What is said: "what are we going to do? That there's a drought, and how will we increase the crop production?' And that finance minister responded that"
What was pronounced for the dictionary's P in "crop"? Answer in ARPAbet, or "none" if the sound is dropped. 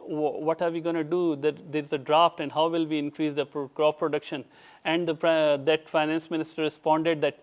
F